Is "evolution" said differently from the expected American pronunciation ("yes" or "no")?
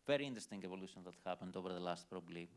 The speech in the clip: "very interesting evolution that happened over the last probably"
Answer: no